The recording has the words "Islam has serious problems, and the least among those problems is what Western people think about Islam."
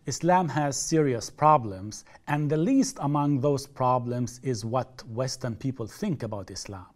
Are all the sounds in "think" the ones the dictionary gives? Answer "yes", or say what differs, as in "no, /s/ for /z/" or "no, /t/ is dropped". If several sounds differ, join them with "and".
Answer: yes